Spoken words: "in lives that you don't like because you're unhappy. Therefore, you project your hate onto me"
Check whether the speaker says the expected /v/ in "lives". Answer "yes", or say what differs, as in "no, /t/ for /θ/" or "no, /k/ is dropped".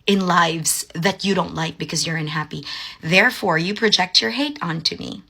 yes